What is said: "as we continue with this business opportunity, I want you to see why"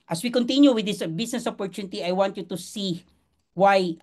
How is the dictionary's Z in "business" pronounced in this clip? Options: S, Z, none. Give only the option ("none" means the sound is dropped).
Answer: S